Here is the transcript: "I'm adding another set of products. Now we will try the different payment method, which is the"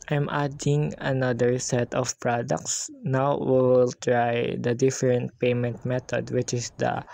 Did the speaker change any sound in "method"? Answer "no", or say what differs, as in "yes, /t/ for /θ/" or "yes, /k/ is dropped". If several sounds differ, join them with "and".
yes, /t/ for /θ/